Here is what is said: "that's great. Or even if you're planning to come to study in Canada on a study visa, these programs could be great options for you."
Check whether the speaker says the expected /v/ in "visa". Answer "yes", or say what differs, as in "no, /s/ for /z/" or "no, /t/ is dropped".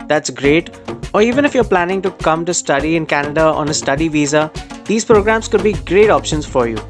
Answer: yes